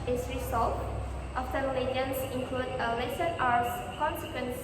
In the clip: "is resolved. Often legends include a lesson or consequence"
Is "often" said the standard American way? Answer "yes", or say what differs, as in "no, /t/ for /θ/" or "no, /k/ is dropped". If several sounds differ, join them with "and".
no, /s/ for /t/